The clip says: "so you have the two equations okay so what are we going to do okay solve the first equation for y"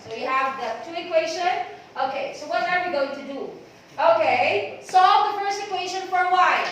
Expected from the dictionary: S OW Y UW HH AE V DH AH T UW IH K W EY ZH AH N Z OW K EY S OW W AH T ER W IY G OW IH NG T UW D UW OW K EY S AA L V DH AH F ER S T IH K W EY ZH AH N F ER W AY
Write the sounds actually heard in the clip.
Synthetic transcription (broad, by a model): S OW Y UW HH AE V DH AH T UW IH K W EY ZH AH N OW K EY S OW W AH T ER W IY G OW IH NG T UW D UW OW K EY S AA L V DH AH F ER S T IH K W EY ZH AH N F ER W AY